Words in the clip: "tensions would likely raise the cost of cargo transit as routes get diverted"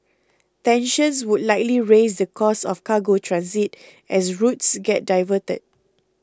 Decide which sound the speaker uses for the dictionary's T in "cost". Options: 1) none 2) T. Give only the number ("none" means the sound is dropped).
1